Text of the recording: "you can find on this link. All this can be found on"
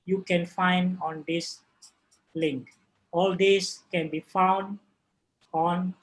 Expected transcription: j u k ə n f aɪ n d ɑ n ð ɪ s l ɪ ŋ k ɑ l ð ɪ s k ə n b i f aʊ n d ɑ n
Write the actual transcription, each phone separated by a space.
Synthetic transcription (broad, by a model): j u k ə n f aɪ n d ɑ n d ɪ s l ɪ ŋ k ɑ l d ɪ s k ə n b i f aʊ n d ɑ n